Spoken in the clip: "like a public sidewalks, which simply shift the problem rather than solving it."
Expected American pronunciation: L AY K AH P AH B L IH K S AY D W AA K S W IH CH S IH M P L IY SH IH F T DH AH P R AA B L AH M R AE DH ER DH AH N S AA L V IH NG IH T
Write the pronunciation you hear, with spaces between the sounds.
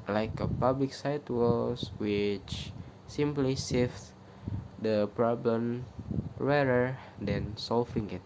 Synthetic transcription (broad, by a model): L AY K AH P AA B L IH K S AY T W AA S W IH CH S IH M P L IY S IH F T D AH P R AA B L AH M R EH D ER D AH N S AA L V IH NG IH T